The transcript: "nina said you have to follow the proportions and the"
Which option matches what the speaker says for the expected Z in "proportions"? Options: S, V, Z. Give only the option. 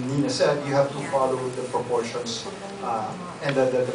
S